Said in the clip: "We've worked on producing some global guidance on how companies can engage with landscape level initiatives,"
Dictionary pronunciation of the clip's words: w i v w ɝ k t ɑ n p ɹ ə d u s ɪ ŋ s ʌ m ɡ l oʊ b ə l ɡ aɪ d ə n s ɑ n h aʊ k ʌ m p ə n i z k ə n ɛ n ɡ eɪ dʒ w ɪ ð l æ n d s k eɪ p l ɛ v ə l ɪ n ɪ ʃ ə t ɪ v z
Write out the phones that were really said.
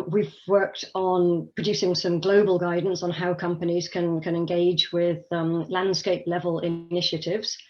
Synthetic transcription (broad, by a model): w i v w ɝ k t n p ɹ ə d u s ɪ ŋ s ʌ m ɡ l oʊ b ə l ɡ aɪ d n s n h aʊ k ʌ m p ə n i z k ə n ɛ n ɡ eɪ dʒ w ɪ ð l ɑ n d s k eɪ p l ɛ v ə l ɪ n ɪ ʃ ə t ɪ v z